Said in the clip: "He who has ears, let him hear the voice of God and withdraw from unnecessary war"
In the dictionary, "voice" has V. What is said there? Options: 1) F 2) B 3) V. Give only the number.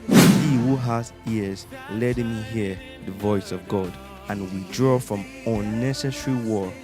3